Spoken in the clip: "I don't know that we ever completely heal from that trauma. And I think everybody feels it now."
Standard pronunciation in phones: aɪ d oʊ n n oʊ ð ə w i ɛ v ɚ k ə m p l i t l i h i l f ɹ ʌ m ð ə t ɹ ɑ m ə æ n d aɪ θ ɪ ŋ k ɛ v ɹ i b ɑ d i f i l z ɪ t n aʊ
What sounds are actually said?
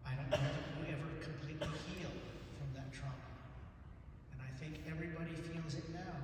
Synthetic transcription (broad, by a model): aɪ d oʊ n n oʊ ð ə w i ɛ v ɚ k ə m p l i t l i h i l f ɹ ʌ m ð ə t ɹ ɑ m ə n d aɪ θ ɪ ŋ k ɛ v ɹ i b ɑ d i f i l z ɪ t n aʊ